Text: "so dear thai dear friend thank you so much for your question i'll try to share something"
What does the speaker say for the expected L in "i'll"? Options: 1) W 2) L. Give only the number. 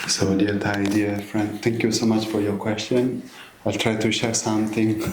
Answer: 2